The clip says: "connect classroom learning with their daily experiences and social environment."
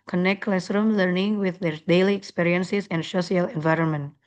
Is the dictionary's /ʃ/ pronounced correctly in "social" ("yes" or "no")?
no